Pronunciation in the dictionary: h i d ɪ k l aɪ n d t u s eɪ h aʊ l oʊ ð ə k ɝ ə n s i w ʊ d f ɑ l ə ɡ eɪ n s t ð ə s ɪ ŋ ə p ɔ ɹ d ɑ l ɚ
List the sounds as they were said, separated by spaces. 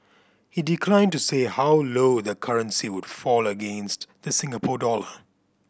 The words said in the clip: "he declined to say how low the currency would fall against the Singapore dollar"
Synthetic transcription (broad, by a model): h i d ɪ k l aɪ n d t u s eɪ h aʊ l oʊ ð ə k ɝ ə n s i w ʊ d f ɑ l ə ɡ eɪ n s t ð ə s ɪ ŋ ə p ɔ d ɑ l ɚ